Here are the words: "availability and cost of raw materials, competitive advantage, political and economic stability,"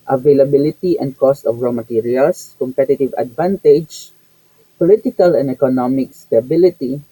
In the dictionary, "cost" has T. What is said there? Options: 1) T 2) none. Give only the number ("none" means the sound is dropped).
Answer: 1